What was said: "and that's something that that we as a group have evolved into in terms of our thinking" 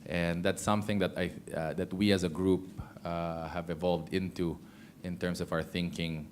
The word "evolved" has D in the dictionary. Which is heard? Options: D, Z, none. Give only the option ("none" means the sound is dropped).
D